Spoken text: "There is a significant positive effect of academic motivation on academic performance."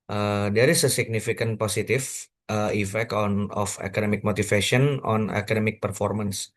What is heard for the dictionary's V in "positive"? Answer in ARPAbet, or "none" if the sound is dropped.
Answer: F